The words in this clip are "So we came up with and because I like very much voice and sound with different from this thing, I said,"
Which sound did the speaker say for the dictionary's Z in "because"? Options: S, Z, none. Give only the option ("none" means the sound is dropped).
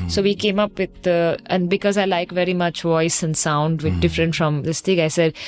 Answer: Z